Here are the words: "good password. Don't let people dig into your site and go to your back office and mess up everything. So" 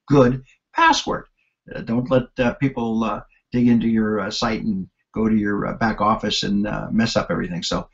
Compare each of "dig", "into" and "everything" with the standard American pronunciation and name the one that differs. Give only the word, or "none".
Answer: none